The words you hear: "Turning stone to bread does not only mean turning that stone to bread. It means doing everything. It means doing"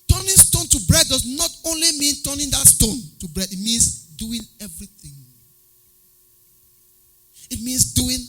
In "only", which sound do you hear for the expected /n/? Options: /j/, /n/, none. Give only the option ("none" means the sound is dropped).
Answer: /n/